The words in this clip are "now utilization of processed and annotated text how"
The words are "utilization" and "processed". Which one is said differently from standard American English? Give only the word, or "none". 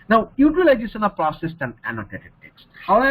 utilization